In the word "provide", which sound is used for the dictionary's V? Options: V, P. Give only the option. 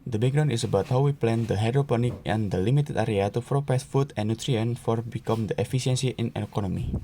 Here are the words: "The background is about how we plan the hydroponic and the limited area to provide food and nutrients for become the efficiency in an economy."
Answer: P